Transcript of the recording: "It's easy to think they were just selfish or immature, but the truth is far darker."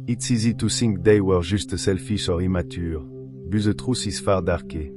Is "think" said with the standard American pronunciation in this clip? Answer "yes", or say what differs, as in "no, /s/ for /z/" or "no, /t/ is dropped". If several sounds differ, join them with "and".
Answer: no, /s/ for /θ/